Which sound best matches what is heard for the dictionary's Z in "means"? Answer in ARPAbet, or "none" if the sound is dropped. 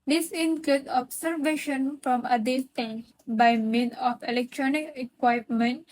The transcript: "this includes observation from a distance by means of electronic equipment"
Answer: none